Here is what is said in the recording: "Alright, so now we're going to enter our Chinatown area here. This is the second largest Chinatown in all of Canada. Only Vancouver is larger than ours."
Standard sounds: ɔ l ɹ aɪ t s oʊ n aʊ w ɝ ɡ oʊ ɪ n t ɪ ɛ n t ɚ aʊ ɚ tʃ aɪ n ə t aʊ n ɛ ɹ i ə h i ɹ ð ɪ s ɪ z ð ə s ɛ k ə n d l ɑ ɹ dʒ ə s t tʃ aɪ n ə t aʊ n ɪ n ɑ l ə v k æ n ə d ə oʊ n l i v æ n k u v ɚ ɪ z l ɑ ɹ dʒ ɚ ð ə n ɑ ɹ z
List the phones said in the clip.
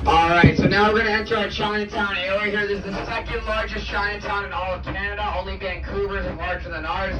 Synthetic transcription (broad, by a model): ɔ l ɹ aɪ t s oʊ n aʊ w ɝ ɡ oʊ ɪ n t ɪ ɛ n s ɚ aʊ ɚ tʃ aɪ n ə t aʊ n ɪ i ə h i ɹ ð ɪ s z ð ə s ɛ k ə n d l ɑ ɹ dʒ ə s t tʃ aɪ n ə t aʊ n ɪ n ɑ l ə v k æ n ə d ə oʊ n l i b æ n k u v ɚ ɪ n l ɑ ɹ dʒ ɚ ð ə n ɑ ɹ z